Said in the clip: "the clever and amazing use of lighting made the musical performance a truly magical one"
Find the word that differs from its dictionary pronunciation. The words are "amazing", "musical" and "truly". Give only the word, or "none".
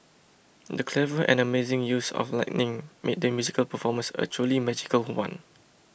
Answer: truly